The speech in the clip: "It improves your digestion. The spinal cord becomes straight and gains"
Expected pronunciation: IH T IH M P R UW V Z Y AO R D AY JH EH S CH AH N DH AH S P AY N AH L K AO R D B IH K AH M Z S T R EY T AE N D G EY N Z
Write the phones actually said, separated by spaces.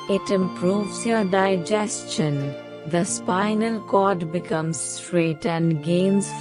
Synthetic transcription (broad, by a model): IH T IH M P R UW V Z Y AO R D AY JH EH S CH AH N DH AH S P AY N AH L K AO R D B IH K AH M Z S T R EY T AE N D G EY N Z